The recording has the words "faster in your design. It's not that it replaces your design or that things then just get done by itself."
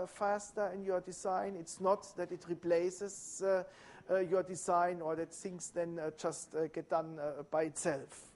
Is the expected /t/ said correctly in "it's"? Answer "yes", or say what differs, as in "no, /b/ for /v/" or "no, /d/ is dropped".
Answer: yes